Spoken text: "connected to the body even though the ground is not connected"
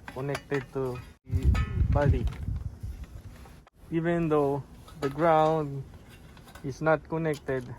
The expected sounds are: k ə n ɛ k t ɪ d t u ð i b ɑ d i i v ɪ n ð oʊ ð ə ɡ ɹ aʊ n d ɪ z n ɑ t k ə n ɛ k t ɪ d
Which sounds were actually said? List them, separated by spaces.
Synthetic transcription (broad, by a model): k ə n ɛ k t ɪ d t u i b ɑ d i i v ɪ n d oʊ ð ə ɡ ɹ aʊ n d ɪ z n ɑ t k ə n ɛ k t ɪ d